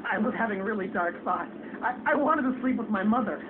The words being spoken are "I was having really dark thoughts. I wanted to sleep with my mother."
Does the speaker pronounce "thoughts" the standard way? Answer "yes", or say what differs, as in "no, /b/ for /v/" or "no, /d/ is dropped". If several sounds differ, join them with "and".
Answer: no, /f/ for /θ/